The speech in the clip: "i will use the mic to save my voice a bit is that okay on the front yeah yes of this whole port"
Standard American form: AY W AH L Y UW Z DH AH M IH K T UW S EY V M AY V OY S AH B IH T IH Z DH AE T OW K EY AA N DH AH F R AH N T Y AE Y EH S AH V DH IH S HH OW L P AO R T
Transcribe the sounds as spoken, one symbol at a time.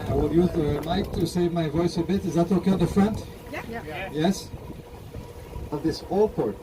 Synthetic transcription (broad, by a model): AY W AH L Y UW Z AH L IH K T UW S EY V M AY V OY S AH B IH T IH Z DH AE T OW K EY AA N DH AH F R AH N T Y Y EH S AH V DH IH S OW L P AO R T